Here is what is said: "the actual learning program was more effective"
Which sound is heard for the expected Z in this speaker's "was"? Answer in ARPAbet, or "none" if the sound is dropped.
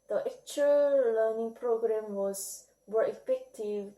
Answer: S